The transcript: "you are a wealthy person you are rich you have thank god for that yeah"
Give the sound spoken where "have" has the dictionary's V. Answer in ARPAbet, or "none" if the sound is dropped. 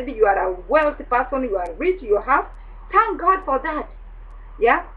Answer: F